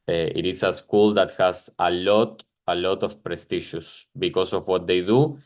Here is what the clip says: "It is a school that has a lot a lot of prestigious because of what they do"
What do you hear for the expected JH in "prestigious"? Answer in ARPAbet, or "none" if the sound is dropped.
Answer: SH